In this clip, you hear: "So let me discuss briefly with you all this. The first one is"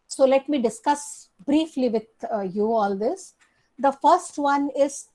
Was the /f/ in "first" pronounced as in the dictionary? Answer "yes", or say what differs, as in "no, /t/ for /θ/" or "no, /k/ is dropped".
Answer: yes